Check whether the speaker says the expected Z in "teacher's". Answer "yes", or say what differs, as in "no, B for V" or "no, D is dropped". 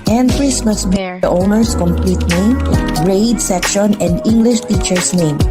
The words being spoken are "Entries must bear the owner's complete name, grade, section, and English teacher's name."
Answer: no, S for Z